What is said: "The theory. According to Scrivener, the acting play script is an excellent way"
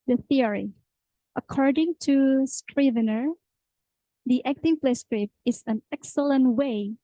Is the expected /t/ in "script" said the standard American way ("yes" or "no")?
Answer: no